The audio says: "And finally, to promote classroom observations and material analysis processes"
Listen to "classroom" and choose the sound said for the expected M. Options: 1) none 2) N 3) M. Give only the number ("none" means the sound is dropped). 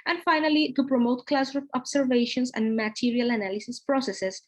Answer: 1